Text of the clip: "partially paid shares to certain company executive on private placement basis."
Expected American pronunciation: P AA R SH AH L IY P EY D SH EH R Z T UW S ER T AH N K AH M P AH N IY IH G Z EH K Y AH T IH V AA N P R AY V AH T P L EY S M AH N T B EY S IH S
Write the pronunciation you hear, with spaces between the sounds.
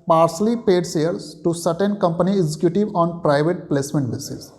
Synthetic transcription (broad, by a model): P AA R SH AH L IY P EY D S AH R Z T UW S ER T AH N K AH M P AH N IY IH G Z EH K Y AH T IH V AA N P R AY V AH T P L EY S M AH N T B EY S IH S